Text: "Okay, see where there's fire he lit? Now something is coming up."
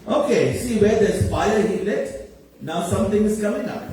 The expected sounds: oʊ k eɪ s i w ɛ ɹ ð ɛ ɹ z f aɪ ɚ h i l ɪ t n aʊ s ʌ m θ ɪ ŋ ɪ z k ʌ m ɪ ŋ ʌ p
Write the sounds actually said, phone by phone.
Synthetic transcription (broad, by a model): oʊ k eɪ s i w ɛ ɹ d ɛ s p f aɪ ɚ h i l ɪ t n aʊ s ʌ m t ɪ ŋ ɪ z k ʌ m ɪ ŋ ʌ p